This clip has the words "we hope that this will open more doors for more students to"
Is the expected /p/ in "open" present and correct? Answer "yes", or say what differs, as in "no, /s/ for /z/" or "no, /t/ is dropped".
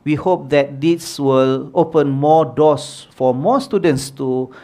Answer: yes